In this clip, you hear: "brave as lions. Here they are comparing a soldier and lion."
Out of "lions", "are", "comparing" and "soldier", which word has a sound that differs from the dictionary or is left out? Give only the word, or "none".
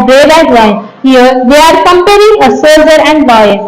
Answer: lions